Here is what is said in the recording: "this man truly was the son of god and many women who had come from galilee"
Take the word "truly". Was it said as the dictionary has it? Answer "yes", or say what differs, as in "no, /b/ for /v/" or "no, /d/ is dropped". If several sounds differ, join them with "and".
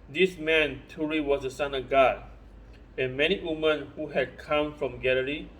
no, /ɹ/ is dropped